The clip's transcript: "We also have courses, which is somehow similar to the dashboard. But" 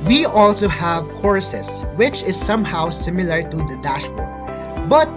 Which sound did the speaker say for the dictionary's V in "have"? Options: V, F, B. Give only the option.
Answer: V